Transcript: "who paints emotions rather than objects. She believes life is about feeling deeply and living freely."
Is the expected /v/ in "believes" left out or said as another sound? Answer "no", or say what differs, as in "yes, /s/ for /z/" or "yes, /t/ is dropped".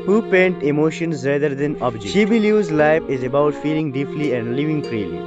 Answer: yes, /v/ is dropped